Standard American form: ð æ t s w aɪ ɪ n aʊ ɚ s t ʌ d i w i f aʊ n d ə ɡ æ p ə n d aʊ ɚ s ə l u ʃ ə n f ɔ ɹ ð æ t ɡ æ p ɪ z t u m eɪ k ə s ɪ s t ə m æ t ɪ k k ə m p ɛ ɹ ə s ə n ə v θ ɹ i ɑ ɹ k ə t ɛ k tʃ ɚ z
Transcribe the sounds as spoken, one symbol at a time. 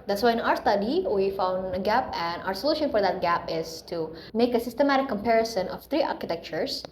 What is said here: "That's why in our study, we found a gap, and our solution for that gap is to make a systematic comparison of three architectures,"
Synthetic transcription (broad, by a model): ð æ t s w aɪ ɪ n aʊ ɚ s t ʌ d i w i f aʊ n d ə ɡ æ p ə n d aʊ ɚ s ə l u ʃ ə n f ɔ ɹ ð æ t ɡ æ p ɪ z t u m eɪ k ə s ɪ s t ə m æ t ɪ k k ə m p ɛ ɹ ə s ə n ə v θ ɹ i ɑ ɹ k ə t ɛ k tʃ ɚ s